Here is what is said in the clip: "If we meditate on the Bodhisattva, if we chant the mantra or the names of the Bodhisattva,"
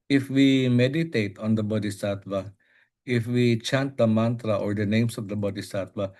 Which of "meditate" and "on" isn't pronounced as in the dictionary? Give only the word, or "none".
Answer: none